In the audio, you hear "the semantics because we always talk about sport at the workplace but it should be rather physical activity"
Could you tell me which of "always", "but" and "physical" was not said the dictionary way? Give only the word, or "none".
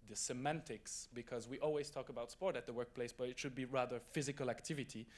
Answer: none